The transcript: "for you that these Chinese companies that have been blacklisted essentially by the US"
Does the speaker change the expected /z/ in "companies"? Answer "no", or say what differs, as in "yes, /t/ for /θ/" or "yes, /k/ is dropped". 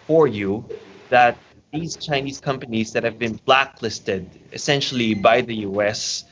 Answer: no